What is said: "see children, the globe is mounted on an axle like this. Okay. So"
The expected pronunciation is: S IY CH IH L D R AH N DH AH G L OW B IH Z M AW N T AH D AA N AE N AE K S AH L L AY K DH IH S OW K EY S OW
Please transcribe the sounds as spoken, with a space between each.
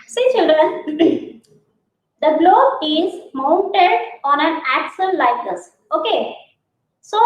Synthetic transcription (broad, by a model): S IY CH IH L D R AH N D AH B L OW IH Z M AW N T AH D AA N AE N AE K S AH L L AY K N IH S OW K EY S OW